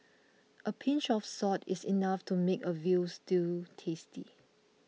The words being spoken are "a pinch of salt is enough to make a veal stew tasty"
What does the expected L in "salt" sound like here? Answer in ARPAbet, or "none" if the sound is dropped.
none